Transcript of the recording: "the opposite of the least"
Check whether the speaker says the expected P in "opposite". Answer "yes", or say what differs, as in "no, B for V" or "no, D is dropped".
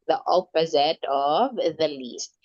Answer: yes